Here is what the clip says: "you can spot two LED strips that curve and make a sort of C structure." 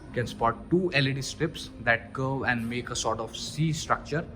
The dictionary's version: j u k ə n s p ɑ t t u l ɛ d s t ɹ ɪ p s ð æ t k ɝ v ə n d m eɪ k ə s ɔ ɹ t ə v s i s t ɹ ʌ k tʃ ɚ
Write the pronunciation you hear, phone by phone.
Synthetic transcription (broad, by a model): k ə n s p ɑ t t u l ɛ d s t ɹ ɪ p s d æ t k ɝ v ə n d m eɪ k ə s ɔ ɹ t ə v s i s t ɹ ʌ k tʃ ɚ